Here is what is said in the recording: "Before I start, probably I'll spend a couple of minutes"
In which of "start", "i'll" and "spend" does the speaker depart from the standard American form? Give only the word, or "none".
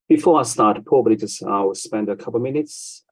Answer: i'll